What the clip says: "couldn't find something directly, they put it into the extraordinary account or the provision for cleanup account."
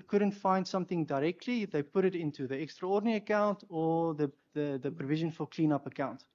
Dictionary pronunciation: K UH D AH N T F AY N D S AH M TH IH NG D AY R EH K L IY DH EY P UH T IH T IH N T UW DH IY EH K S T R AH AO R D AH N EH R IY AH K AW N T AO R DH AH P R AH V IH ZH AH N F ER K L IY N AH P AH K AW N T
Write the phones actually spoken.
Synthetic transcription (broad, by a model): K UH D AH N T F AY N D S AH M TH IH NG D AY R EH K L IY DH EY P UH T IH T IH N T UW DH IY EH K S T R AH AO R D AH N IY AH K AW N T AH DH DH AH P R AH V IH ZH AH N F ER K L IY N AH P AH K AW N T